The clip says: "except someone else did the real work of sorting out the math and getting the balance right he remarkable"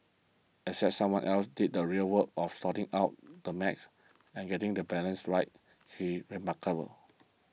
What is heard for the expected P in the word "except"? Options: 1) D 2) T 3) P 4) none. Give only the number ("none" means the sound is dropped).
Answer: 4